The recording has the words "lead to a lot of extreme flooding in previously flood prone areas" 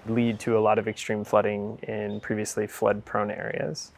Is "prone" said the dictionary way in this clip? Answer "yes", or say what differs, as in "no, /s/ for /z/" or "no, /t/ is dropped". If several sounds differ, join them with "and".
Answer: yes